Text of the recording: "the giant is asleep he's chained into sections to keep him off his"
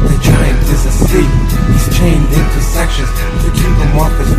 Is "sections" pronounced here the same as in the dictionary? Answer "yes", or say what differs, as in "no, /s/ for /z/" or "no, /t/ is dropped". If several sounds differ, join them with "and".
yes